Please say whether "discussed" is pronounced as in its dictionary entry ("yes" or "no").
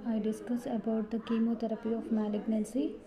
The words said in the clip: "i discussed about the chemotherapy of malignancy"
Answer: no